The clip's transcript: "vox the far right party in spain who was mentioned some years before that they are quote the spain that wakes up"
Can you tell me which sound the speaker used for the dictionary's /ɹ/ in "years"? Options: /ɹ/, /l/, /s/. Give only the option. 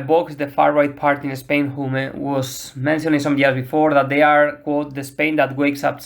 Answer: /l/